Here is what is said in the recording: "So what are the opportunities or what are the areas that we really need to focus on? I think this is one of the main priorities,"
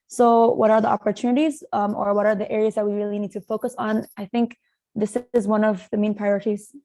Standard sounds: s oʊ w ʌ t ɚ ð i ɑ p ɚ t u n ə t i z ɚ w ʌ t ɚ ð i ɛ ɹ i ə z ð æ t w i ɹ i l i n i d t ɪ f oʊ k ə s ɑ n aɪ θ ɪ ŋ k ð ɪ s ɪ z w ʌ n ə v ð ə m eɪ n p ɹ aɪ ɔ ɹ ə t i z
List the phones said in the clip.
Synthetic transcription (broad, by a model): s oʊ w ʌ t ɚ ð i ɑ p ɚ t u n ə t i z ɚ w ʌ t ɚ ð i ɛ ɹ i ə z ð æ t w i ɹ i l i n i d t ɪ f oʊ k ə s n aɪ θ ɪ ŋ k ð ɪ s ɪ z w ʌ n ə v ð ə m eɪ n p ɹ aɪ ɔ ɹ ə t i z